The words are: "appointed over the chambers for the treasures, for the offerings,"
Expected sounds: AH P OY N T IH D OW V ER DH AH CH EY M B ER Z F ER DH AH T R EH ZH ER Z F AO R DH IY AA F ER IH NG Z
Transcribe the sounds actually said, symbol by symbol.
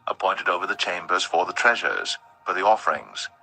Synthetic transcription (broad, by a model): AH P OY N T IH D OW V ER DH AH CH EY M B ER Z F ER DH AH T R EH ZH ER Z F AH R DH IY AA F ER IH NG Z